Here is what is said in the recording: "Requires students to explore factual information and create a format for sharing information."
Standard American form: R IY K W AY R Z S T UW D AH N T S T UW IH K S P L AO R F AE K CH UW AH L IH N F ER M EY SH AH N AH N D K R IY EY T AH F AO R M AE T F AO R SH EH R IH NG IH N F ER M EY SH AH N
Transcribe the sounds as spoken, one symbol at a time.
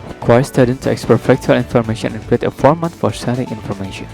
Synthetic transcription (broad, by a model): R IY K W AY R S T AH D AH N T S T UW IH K S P AO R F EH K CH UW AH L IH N F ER M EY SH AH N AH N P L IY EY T AH F AO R M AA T F AO R S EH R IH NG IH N F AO M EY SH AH N